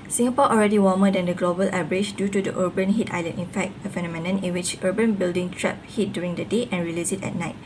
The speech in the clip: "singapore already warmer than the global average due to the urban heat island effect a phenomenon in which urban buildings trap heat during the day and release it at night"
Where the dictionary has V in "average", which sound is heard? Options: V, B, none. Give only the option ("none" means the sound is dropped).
B